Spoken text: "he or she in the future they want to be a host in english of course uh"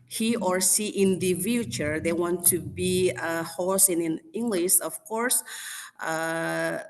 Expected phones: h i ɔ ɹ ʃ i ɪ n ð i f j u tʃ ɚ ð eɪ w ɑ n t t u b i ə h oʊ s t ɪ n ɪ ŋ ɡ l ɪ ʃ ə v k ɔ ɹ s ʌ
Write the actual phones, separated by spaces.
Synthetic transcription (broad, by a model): h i ɔ ɹ s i ɪ n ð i f j u tʃ ɚ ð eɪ w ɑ n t t u b i ə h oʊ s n ɪ n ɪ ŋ ɡ l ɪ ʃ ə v k ɔ ɹ s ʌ